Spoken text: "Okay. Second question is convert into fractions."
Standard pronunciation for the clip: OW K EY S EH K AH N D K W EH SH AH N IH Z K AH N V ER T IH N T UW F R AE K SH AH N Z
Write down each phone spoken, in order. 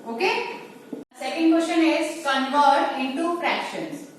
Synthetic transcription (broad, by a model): OW K EY S EH K AH N D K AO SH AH N IH Z K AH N F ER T IH N T UW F R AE K SH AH N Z